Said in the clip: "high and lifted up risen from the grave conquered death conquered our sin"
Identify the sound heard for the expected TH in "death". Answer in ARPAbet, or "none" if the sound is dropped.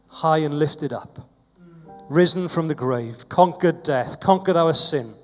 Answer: TH